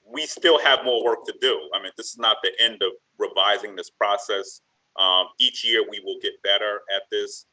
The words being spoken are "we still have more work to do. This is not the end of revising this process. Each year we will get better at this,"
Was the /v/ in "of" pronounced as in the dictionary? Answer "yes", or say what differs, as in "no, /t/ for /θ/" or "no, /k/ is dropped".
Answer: yes